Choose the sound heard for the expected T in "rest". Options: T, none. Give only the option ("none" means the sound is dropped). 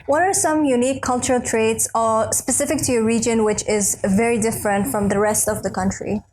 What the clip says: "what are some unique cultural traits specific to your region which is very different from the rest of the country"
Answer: T